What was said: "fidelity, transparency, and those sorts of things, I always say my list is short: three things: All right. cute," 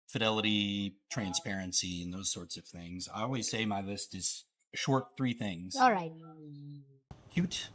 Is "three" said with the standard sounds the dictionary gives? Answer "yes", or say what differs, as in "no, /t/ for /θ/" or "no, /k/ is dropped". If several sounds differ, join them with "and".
yes